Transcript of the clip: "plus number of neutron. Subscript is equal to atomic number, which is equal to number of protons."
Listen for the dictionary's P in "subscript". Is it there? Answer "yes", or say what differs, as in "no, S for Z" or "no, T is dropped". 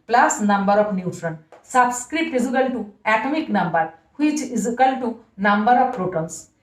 no, P is dropped